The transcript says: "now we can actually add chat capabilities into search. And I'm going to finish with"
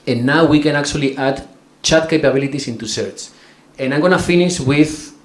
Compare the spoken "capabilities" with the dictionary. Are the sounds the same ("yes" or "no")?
no